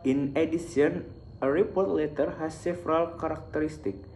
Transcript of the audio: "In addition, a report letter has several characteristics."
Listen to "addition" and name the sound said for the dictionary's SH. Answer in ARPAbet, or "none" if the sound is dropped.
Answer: S